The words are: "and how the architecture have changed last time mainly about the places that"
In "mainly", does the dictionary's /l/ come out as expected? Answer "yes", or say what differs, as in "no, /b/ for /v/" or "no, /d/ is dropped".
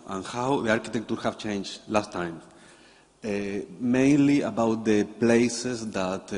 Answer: yes